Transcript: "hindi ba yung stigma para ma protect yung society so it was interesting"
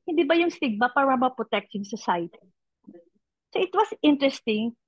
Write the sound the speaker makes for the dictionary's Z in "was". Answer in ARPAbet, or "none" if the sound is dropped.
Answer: S